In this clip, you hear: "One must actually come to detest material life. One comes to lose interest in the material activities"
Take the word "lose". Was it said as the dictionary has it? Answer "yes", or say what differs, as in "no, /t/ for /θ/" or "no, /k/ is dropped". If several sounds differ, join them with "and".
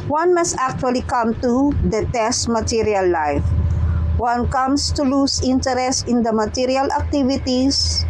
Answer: no, /s/ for /z/